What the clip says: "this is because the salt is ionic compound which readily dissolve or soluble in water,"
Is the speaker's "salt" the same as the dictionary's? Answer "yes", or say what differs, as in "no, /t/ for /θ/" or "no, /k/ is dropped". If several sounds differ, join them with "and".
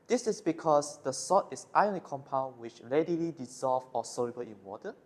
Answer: no, /l/ is dropped